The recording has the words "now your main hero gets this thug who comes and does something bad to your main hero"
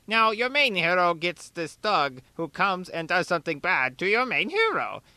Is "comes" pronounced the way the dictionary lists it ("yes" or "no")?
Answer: yes